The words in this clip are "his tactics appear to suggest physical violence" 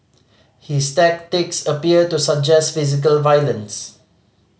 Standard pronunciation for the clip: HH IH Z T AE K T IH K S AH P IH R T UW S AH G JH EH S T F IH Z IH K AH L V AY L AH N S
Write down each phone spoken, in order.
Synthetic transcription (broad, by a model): HH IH S T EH K T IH K S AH P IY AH T UW S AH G JH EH S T F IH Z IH K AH L V AY L AH N S